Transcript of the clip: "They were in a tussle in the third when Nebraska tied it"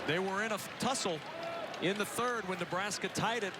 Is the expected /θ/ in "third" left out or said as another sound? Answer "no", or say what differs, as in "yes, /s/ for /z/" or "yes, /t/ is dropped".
no